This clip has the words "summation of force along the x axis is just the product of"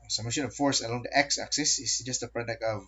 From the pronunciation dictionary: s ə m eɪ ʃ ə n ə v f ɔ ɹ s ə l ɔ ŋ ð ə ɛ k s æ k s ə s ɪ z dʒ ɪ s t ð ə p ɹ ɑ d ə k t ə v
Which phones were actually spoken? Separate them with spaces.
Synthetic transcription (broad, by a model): s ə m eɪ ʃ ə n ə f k ɔ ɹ s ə l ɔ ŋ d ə ɛ k s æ k s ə s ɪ s dʒ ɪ s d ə p ɹ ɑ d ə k ə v